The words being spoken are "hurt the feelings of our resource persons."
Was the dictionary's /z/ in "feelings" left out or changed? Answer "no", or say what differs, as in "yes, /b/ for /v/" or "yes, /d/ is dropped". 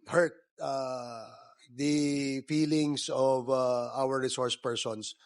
yes, /s/ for /z/